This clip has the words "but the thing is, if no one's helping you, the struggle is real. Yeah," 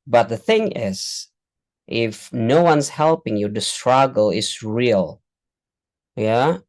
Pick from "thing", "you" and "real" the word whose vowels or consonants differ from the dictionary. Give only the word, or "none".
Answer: none